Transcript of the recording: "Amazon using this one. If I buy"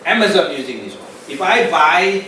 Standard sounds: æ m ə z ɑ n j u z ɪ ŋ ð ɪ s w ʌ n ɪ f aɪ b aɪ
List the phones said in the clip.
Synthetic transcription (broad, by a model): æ m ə z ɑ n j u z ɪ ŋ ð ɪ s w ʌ ɪ f aɪ b aɪ